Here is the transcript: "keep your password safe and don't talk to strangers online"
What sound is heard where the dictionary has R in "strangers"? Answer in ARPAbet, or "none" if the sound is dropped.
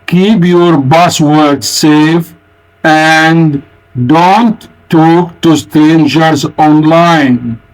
none